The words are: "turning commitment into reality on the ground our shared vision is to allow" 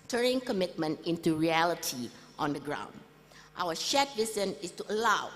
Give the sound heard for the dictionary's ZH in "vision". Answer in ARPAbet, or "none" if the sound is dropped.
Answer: S